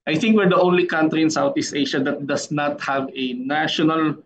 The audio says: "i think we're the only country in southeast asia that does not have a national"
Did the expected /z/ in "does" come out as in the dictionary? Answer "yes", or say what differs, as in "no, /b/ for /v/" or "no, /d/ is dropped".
no, /s/ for /z/